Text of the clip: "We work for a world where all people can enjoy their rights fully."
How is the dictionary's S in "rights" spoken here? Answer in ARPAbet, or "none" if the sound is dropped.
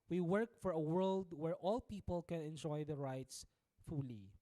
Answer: S